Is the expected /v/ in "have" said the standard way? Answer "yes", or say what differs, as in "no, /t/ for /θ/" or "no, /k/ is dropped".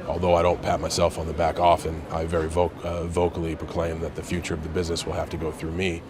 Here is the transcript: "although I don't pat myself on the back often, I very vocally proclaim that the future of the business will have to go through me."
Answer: no, /f/ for /v/